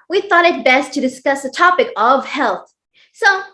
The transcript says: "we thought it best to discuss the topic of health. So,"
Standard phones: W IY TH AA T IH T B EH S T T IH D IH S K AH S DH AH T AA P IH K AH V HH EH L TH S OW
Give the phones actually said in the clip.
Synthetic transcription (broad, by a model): W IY TH AA T IH T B EH S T T IH D IH S K AH S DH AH T AA P IH K AH V HH EH L TH S OW